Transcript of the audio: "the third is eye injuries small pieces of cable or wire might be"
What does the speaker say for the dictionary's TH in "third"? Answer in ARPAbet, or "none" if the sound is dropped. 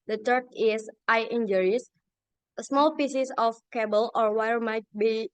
T